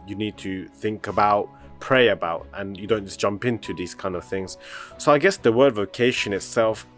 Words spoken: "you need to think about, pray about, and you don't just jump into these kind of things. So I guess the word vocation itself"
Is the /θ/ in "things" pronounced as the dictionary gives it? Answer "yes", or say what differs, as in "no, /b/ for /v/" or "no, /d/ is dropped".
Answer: yes